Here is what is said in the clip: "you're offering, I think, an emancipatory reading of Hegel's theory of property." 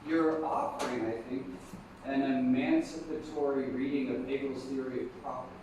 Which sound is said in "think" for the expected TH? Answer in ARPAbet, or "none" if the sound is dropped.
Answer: TH